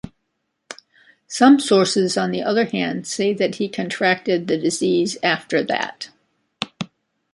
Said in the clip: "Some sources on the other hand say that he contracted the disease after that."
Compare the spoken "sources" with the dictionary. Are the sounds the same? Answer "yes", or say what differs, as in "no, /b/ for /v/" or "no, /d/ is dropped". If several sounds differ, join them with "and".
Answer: yes